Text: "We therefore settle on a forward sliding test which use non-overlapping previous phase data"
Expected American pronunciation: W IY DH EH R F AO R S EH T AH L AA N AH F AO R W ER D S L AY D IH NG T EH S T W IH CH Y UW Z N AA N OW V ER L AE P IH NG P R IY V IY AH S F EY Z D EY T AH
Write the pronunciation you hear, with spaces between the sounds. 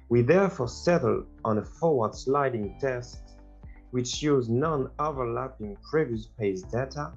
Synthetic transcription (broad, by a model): W IY DH EH R F AO R S EH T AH L AA N AH F AO R W ER D S L AY D IH NG T EH S T W IH CH Y UW Z N AA N OW V ER L AE P IH NG P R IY V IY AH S P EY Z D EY T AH